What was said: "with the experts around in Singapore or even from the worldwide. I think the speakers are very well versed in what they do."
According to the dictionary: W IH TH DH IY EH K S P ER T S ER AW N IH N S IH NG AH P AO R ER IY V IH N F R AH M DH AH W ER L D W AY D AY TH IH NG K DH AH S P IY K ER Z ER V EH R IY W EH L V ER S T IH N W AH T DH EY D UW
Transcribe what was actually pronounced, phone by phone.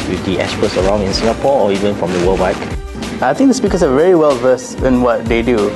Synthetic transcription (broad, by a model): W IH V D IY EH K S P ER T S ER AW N IH N S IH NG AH P AO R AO IY V IH N F R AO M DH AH W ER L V AY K AY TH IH NG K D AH S P IY K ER S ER V EH R IY W EH L V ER S IH N W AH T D EY D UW